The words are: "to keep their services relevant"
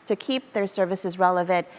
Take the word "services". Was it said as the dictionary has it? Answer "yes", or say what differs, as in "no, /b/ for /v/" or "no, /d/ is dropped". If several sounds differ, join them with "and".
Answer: yes